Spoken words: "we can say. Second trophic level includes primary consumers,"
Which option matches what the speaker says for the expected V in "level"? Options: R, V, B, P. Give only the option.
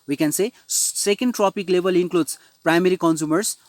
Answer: B